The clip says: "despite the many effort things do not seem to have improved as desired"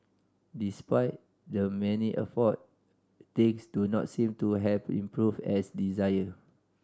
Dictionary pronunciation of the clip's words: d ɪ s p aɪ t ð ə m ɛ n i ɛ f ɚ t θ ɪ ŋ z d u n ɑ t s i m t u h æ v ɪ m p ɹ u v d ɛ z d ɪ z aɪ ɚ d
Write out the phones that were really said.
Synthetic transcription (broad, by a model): d ɪ s p aɪ t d ə m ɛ n i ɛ f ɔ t t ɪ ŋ s d u n ɑ t s i m t u h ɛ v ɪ m p ɹ u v ɛ s d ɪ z aɪ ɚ